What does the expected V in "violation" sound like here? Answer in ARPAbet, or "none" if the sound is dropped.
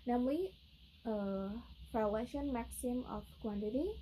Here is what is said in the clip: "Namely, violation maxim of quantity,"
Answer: P